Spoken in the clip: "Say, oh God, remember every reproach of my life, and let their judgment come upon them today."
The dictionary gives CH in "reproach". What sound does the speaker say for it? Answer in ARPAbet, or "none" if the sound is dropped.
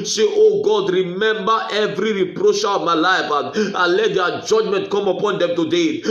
SH